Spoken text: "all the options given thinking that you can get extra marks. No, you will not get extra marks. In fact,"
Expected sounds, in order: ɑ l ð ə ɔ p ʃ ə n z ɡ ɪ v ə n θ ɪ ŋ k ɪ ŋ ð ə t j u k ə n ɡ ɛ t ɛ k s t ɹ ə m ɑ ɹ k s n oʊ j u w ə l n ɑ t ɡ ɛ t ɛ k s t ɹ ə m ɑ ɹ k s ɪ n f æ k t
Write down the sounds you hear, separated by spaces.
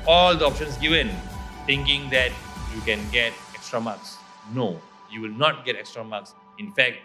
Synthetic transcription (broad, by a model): ɑ l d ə ɔ p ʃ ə n s ɡ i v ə n t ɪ ŋ k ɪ ŋ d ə t j u k ə n ɡ ɛ t ɛ k s t ɹ ə m ɑ k s n oʊ j u w ə l n ɑ t ɡ ɛ t ɛ k s t ɹ ə m ɑ k s ɪ n f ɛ k t